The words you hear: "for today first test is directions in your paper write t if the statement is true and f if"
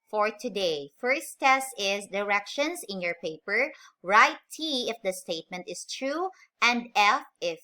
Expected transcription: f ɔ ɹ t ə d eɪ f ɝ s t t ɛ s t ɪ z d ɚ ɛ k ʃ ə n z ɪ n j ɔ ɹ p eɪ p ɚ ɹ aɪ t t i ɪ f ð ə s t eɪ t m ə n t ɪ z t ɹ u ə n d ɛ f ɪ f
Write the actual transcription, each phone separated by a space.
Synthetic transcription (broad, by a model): f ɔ ɹ t ə d eɪ f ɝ s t t ɛ s t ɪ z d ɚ ɛ k ʃ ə n s ɪ n j ɔ ɹ p eɪ p ɚ ɹ aɪ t t i ɪ f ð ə s t eɪ t m ə n t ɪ s t ɹ u ə n d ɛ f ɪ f